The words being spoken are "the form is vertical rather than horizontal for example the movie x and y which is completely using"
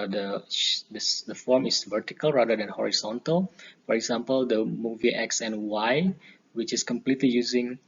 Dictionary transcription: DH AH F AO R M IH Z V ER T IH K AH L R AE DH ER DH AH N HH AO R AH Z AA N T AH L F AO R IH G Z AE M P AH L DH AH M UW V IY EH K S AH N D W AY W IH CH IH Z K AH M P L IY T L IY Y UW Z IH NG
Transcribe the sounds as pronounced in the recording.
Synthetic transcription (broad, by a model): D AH F AO R M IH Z V ER T IH K AH L R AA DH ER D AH N HH AO R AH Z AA N T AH L F AO R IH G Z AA M P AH L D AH M UW V IY EH K S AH N W AY W IH CH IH S K AH M P L IY T L IY Y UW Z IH NG